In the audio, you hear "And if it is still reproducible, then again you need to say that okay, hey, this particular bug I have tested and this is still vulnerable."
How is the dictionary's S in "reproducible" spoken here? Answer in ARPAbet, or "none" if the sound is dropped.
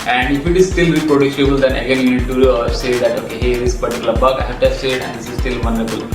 SH